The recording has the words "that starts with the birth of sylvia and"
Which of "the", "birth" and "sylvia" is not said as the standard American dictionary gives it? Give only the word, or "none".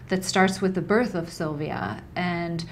none